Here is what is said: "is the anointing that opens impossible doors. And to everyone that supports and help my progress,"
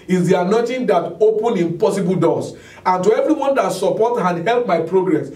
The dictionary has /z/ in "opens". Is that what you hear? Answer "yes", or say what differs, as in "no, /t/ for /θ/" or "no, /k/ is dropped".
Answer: no, /z/ is dropped